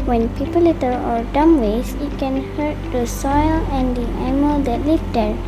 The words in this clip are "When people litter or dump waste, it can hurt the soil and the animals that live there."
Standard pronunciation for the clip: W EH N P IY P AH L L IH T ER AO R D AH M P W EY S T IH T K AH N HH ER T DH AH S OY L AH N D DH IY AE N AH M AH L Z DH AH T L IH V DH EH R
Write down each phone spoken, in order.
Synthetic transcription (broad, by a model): W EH N P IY P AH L L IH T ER AO R D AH M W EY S IH T K AH N HH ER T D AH S OY L AH N D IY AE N M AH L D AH T L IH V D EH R